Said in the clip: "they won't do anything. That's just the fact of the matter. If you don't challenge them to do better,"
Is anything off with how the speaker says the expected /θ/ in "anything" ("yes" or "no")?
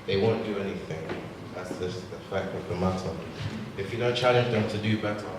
no